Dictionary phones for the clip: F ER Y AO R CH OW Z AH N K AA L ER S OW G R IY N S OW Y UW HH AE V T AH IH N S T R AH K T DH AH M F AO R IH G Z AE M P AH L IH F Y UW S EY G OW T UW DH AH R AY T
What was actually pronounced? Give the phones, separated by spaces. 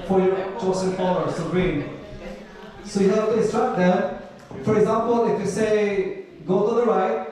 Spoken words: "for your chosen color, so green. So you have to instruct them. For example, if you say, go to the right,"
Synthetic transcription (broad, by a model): F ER Y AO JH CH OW S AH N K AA ER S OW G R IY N S OW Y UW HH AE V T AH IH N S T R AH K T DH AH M F AO R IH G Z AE M P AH L IH F Y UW S EY G OW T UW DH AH R AY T